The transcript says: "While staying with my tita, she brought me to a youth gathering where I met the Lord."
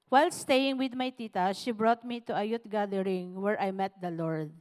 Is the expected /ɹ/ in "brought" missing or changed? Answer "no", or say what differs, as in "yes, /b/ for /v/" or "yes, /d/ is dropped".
no